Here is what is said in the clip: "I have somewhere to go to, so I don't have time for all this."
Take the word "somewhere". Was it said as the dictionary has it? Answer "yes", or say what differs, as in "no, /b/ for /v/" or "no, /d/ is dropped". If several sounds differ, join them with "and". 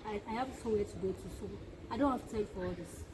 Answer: no, /m/ is dropped